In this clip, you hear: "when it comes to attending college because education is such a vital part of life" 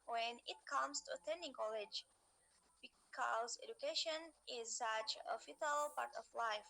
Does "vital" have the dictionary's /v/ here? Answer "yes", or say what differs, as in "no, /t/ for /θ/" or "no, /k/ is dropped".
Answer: no, /f/ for /v/